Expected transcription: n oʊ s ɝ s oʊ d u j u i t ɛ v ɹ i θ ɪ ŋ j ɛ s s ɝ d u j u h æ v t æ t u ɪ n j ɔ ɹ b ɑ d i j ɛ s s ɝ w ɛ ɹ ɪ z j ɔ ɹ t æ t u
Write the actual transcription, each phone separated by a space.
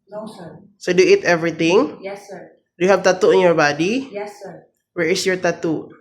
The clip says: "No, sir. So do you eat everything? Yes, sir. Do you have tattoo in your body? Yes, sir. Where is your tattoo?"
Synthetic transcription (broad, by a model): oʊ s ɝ s oʊ d u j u i t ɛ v ɹ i t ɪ ŋ j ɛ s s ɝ d u j u h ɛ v t æ t u ɪ n j ɔ ɹ b ɑ d i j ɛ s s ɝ w ɛ ɹ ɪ s j ɔ ɹ t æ t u